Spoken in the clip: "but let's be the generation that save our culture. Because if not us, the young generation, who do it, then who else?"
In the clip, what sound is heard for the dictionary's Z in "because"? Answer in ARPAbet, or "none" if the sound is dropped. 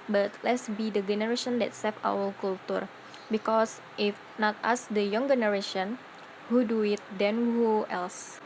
S